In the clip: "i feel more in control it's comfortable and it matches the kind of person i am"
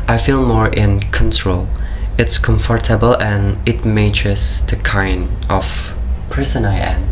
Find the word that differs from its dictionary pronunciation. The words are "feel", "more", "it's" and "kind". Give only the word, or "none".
none